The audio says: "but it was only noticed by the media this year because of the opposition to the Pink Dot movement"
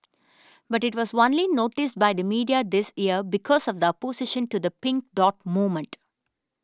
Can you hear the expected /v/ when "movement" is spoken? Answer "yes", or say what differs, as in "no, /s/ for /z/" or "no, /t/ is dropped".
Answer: no, /v/ is dropped